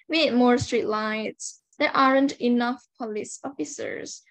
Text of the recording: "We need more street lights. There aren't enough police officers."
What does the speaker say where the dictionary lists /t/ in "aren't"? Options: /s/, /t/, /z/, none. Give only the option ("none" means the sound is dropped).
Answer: /t/